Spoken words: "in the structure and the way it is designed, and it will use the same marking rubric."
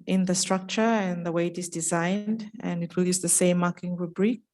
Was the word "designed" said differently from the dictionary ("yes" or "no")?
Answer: no